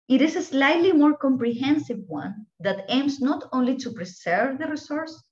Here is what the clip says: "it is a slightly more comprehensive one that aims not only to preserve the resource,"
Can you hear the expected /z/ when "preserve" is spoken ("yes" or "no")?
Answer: no